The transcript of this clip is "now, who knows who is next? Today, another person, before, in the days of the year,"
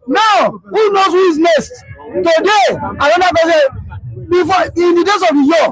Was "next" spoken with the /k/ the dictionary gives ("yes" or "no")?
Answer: no